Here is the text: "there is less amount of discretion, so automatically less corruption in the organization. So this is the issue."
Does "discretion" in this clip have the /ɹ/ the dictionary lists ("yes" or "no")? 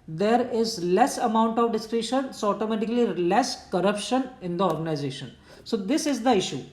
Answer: yes